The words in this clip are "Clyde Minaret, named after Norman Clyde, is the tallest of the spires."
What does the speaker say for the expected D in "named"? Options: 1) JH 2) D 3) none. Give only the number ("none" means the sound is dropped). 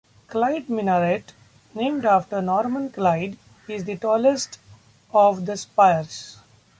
2